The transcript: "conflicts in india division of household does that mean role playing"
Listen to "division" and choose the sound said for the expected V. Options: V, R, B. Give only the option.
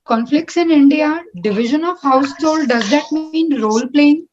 V